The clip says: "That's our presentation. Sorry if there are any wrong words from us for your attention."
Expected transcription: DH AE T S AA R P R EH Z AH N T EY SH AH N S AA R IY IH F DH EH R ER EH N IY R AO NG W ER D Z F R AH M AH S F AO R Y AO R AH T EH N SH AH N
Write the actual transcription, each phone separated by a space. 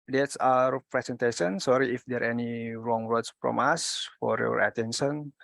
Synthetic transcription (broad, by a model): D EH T S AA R P R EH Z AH N T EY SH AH N S AA R IY IH F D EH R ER EH N IY R AO NG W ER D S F R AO M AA S F AO R Y AO R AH T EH N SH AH N